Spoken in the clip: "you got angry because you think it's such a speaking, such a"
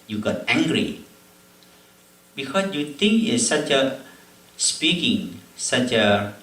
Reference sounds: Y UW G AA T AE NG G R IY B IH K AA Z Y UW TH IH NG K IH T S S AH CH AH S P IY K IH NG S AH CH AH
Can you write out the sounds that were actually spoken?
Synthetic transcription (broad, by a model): Y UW G AA T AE NG G R IY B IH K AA S Y UW T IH NG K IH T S S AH CH AH S P IY K IH NG S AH CH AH